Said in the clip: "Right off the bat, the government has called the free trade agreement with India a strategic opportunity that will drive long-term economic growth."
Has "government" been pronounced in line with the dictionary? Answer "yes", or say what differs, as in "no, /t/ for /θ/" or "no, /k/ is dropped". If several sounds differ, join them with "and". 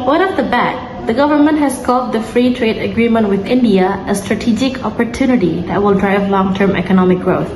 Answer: yes